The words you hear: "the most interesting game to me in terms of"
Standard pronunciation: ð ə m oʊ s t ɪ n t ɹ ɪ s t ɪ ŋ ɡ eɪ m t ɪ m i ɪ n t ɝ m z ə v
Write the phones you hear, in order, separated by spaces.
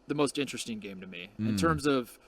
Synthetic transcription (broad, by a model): ð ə m oʊ s t ɪ n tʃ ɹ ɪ s t ɪ ŋ ɡ eɪ m t ɪ m i ɪ n t ɝ m z ə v